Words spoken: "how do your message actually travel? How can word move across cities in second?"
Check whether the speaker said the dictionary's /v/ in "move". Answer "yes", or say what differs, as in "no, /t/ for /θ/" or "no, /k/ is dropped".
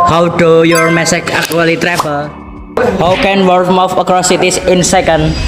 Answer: no, /f/ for /v/